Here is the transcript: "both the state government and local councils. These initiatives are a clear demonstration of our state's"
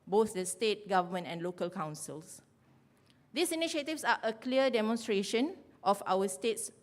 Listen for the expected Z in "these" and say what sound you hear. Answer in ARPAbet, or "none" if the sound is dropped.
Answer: S